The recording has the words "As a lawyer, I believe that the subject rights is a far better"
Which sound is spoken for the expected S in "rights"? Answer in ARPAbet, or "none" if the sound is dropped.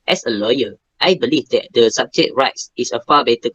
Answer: S